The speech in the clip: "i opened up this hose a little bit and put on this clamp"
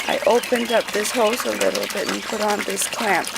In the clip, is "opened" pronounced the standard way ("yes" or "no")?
yes